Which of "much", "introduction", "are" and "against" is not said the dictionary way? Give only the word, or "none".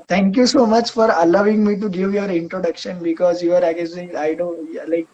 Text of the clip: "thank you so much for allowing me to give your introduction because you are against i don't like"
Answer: against